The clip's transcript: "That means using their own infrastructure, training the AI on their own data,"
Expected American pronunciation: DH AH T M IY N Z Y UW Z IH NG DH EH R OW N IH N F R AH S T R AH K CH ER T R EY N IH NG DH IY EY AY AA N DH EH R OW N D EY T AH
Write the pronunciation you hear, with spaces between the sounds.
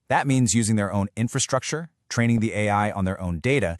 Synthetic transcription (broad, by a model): DH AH T M IY N Z Y UW Z IH NG DH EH R OW N IH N F R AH S T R AH K CH ER T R EY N IH NG DH IY EY AY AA N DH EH R OW N D EY T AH